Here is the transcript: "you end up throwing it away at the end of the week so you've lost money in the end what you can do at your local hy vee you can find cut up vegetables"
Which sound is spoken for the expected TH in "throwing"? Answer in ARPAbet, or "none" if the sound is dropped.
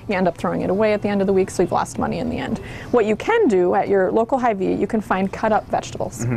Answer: TH